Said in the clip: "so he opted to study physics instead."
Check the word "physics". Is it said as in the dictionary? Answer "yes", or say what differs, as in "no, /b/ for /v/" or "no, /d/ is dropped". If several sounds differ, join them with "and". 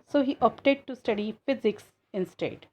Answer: yes